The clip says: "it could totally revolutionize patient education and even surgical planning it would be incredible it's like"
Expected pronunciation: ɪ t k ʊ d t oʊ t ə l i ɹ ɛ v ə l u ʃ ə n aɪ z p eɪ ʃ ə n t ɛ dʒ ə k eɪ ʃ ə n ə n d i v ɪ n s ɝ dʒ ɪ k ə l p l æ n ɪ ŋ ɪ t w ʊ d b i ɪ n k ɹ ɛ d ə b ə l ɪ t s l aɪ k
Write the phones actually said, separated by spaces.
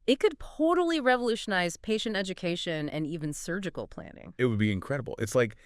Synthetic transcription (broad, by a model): ɪ t k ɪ d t oʊ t l i ɹ ɛ v ə l u ʃ ə n aɪ z p eɪ ʃ ə n t ɛ dʒ ə k eɪ ʃ ə n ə n i v ɪ n s ɝ dʒ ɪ k l p l æ n ɪ ŋ ɪ t w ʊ d b i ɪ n k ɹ ɛ d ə b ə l ɪ t s l aɪ k